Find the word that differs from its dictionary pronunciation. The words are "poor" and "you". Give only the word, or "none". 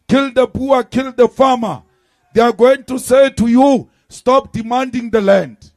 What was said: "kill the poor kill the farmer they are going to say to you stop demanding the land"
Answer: poor